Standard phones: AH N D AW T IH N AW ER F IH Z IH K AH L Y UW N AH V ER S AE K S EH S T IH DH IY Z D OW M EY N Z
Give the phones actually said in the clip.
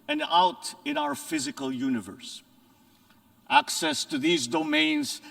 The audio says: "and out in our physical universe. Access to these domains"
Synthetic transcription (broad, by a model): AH N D AW T IH N AW ER F IH Z IH K AH L Y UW N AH V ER S AE K S EH S T IH DH IY Z D OW M EY N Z